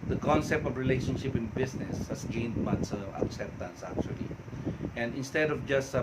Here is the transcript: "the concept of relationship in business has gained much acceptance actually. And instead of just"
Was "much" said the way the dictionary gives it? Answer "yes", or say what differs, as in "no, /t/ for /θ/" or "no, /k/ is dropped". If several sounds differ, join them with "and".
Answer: no, /s/ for /tʃ/